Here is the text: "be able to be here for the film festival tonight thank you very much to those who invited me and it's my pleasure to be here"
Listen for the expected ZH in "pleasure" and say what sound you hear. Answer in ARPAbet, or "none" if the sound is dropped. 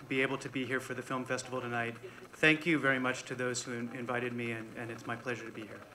ZH